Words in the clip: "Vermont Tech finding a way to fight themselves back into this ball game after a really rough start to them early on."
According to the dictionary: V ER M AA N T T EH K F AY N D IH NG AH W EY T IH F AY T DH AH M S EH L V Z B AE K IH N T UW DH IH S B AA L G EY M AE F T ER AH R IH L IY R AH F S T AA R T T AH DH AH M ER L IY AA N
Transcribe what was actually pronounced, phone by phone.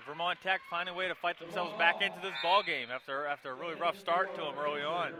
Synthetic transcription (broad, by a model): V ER M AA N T T EH K F AY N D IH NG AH W EY T IH F AY T DH AH M S EH L V Z B AE K IH N T UW DH IH S B AA L G EY M AE F T ER AH R IH L IY R AH F S T AA R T T AH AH M ER L IY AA N